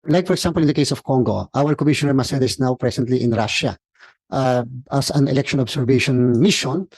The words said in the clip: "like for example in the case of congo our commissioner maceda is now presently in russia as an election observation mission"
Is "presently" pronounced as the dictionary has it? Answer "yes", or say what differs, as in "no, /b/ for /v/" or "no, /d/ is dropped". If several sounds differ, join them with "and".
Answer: no, /s/ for /z/